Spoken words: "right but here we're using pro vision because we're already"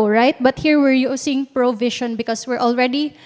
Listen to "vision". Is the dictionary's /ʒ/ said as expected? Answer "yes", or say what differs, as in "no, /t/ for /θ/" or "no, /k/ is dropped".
no, /ʃ/ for /ʒ/